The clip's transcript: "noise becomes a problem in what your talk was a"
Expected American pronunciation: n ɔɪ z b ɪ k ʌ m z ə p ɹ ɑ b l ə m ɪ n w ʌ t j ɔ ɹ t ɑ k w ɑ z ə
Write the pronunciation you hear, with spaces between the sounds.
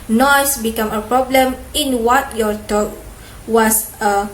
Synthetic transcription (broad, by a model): n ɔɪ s b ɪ k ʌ m ə p ɹ ɑ b l ə m ɪ n w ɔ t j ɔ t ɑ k w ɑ s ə